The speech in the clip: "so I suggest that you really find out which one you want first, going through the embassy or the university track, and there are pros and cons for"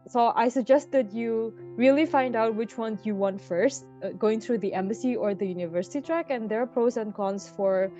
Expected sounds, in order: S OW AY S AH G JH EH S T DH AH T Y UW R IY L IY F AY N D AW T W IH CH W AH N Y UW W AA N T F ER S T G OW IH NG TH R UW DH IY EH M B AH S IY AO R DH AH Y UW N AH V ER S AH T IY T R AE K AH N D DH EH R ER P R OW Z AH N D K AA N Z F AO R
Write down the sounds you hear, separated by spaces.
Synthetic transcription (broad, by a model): S OW AY S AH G JH EH S T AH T Y UW R IY L IY F AY N D AW T W IH CH W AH N Y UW W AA N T F ER S T G OW IH NG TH R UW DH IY EH M B AH S IY AO R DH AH Y UW N AH V ER S AH T IY T R AE K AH N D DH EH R P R OW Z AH N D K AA N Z F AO R